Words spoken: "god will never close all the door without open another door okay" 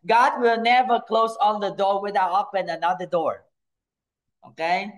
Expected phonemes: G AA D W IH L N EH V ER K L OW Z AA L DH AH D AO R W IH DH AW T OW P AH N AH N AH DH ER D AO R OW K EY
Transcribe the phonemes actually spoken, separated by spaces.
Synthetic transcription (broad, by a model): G AA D W IH L N EH V ER K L OW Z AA N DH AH D AO R W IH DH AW OW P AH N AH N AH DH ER D AO R OW K EY